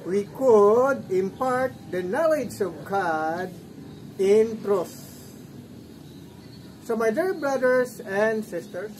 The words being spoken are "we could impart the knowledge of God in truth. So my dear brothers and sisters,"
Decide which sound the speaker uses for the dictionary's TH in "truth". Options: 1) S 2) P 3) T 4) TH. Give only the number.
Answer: 1